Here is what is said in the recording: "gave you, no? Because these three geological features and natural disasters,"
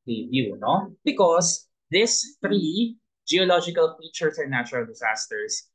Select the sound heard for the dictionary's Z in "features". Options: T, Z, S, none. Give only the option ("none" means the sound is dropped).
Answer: S